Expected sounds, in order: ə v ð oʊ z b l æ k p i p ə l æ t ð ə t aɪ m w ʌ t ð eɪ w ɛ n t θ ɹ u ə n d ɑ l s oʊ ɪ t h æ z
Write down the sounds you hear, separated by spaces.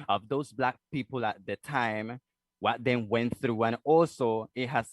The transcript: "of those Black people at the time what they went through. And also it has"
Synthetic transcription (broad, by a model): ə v ð oʊ z b l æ k p i p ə l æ t ð ə t aɪ m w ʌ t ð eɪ w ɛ n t θ ɹ u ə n ɑ l s oʊ ɪ t h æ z